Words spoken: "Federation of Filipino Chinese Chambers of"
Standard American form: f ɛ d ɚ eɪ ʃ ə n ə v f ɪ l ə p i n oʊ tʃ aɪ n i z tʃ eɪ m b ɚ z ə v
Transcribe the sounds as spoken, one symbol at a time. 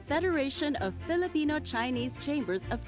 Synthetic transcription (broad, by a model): f ɛ d ɚ eɪ ʃ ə n ə v f ɪ l ə p i n oʊ tʃ aɪ n i z tʃ eɪ m b ɚ z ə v